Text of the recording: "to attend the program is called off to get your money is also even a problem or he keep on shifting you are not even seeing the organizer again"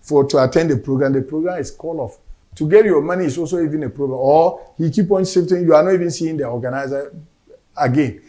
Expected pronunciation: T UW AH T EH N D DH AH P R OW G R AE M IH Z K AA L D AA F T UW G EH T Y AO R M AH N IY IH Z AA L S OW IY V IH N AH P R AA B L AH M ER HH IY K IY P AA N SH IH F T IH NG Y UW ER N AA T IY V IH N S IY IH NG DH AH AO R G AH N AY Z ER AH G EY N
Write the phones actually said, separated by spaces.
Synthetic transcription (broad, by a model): T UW AH T EH N D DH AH P R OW G R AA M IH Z K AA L AA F T UW G EH T Y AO M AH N IY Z AA L S OW IY V IH N AH P R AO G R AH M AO HH IY K IY P AA N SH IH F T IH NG Y UW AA N AA T IY V IH N S IY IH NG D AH AO G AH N AY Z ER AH G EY N